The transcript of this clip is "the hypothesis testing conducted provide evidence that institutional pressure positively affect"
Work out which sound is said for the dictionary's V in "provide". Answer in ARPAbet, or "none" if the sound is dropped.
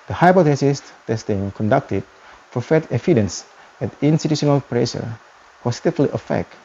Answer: F